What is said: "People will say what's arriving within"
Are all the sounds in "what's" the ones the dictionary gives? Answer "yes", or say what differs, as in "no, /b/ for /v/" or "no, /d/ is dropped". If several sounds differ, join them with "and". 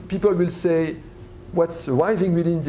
yes